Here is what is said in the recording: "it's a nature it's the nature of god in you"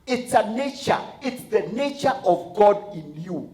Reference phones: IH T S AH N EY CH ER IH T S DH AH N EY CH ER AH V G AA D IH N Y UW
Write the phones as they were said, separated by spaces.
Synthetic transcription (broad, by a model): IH T S AH N EY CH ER IH T S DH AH N EY CH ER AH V G AA D IH N Y UW